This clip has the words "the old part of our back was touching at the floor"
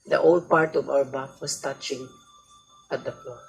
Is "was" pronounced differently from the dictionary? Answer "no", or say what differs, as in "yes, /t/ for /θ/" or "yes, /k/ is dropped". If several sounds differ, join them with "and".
yes, /s/ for /z/